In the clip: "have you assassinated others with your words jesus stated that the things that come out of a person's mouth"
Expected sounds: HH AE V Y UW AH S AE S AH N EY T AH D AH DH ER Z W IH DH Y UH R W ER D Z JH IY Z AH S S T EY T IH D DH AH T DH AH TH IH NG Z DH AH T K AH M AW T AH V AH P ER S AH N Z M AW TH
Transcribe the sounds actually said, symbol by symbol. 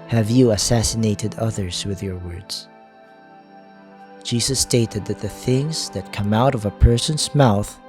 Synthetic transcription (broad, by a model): HH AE V Y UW AH S AE S AH N EY T AH D AH DH ER Z W IH DH Y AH R W ER D Z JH IY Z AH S S T EY T IH D DH AH T DH AH TH IH NG Z DH AH T K AH M AW T AH V AH P ER S AH N Z M AW TH